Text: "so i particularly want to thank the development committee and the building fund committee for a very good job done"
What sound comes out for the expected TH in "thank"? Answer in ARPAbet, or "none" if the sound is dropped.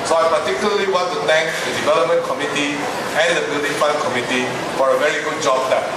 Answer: T